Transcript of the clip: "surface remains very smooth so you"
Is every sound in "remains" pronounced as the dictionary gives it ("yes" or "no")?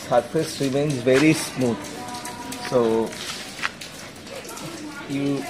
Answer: yes